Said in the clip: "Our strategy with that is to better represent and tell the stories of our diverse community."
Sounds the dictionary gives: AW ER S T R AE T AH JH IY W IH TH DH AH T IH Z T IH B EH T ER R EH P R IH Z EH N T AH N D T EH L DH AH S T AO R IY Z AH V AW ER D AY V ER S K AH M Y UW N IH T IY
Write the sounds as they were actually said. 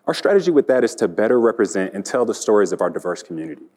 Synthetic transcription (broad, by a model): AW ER S T R AE T AH JH IY W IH DH AH T IH Z T IH B EH T ER R EH P R IH Z EH N T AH N T EH L DH AH S T AO R IY Z AH V AW ER D AY V ER S K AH M Y UW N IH T IY